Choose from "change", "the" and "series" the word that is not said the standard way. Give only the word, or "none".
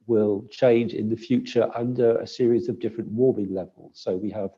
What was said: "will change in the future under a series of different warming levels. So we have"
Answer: none